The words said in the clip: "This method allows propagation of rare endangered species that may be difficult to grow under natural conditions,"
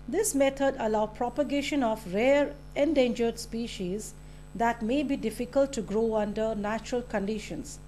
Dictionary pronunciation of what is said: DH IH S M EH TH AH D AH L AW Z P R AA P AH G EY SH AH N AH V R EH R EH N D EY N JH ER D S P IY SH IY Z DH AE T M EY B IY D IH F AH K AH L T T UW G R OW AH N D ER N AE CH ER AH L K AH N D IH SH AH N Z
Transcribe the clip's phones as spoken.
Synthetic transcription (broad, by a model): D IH S M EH T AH D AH L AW P R AA P AH G EY SH AH N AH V R EH R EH N D EY N JH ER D S P IY SH IY Z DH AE T M EY B IY D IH F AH K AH L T T UW G R OW AH N D ER N AE CH ER AH L K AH N D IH SH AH N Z